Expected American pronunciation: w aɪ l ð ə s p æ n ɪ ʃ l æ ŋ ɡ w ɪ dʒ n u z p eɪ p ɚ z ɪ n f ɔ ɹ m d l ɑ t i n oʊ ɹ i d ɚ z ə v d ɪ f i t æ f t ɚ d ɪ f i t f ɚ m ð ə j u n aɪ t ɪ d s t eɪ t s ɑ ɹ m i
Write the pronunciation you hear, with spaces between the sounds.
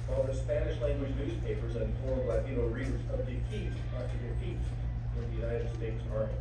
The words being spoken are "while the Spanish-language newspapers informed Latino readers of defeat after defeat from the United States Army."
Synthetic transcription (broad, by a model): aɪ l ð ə s p æ n ɪ ʃ l æ ŋ ɡ w ɪ dʒ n u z p eɪ p ɚ z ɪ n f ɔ ɹ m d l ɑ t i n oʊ ɹ i d ɚ z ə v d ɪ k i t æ t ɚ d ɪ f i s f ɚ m ð ə j u n aɪ t ɪ d s t eɪ t s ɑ ɹ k